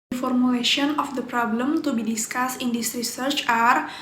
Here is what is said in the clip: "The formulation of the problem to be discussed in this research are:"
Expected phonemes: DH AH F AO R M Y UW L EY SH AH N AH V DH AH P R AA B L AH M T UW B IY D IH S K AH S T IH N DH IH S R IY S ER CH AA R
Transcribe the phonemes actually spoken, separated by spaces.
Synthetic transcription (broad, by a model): F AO R M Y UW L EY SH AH N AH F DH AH P R AA B L AH M T UW B IY D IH S K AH S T IH N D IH S R IY S ER CH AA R